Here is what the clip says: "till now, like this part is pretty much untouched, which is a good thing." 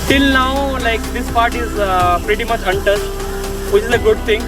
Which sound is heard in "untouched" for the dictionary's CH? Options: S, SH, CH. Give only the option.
S